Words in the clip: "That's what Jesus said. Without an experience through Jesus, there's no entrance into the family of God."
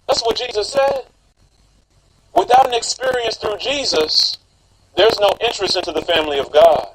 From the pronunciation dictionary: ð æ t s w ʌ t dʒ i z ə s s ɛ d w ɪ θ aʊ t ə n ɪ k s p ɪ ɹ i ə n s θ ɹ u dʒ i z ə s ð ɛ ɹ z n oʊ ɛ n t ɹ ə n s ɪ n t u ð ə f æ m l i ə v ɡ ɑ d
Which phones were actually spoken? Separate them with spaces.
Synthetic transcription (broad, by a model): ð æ t s w ʌ t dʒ i z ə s s ɛ d w ɪ θ aʊ t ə n ɪ k s p ɪ ɹ i ə n s θ ɹ u dʒ i z ə s ð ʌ ɹ z n oʊ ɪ n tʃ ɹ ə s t ɪ n t u ð ə f æ m l i ə v ɡ ɑ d